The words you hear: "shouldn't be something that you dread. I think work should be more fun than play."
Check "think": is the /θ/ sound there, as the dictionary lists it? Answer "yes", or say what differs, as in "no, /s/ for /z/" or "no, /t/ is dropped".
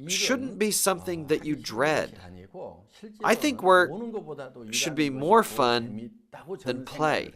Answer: yes